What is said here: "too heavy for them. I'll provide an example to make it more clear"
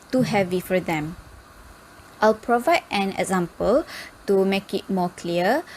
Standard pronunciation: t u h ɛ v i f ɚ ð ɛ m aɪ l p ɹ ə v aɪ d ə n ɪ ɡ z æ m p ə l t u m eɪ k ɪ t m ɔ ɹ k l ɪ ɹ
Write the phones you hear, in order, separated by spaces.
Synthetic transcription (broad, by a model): t u h ɛ v i f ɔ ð ɛ m aɪ l p ɹ ə v aɪ d ə n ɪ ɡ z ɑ m p ə l t u m eɪ k ɪ t m ɔ k l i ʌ